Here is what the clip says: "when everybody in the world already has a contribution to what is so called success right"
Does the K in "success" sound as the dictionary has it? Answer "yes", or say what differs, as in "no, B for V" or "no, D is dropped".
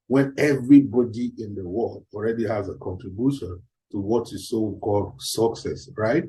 yes